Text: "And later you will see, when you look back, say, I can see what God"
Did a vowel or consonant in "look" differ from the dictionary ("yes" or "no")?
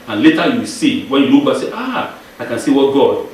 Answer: yes